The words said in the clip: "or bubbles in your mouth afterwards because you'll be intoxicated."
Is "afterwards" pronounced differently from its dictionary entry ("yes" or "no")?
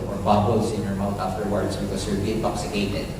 yes